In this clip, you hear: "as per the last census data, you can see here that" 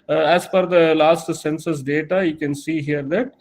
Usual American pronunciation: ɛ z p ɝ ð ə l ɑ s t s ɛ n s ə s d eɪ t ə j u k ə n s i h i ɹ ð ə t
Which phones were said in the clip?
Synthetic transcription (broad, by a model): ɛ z f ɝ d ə l ɑ s t s ɛ n s ə s d eɪ t ə j u k ə n s i h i ɹ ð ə t